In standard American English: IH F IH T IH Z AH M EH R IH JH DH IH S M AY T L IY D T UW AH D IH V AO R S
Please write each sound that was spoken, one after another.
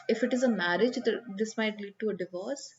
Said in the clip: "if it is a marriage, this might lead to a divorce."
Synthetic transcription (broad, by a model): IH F IH T IH Z AH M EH R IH JH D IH S M AY T L IY D T UW AH D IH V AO R S